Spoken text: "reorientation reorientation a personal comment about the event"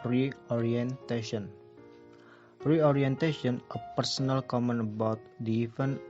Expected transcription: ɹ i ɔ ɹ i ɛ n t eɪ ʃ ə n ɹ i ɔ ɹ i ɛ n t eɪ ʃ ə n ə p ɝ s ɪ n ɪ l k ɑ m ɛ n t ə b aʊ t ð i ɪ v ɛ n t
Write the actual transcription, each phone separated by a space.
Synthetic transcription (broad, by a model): ɹ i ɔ ɹ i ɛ n t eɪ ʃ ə n ɹ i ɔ ɹ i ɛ n t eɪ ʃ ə n ə p ɝ s ɪ n ɪ l k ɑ m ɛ n ə b aʊ t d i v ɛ n